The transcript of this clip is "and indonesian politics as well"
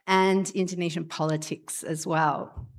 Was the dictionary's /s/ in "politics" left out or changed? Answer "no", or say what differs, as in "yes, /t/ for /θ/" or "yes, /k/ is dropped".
no